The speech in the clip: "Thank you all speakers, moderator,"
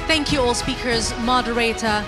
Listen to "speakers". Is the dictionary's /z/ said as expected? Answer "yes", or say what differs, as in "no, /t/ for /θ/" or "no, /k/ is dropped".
yes